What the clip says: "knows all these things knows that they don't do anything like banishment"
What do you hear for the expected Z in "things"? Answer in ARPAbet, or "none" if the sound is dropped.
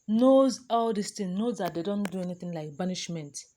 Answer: none